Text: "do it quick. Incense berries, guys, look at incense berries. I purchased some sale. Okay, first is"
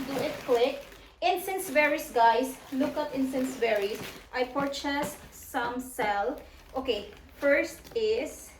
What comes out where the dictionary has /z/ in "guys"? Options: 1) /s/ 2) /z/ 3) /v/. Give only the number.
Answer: 1